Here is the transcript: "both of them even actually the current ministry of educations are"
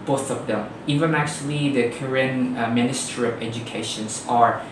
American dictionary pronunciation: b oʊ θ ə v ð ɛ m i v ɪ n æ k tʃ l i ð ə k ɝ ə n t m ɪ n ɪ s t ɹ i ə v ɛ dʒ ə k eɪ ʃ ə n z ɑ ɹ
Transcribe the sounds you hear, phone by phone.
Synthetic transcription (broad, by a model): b oʊ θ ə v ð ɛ m i v ɪ n æ k tʃ l i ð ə k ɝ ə n m ɪ n ɪ s t ɹ i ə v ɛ dʒ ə k eɪ ʃ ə n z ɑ ɹ